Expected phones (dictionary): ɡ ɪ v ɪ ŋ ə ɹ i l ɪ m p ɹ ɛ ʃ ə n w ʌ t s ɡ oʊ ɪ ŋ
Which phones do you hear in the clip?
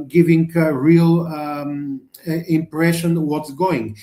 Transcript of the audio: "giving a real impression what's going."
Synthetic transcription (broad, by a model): ɡ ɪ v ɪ ŋ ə ɹ i l ɪ m p ɹ ɛ ʃ ə n w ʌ t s ɡ oʊ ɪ ŋ